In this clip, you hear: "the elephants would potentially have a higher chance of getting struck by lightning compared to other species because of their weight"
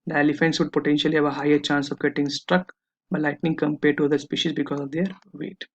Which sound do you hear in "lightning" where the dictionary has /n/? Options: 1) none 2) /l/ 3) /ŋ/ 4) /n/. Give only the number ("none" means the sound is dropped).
4